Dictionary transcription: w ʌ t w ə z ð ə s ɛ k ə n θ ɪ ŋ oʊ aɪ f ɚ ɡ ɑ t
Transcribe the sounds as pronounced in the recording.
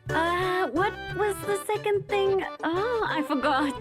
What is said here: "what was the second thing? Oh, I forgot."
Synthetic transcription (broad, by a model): w ʌ t w ə z ð ə s ɛ k ə n θ ɪ ŋ oʊ aɪ f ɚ ɡ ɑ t